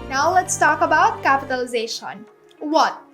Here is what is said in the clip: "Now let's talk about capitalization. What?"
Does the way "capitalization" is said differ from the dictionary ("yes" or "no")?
no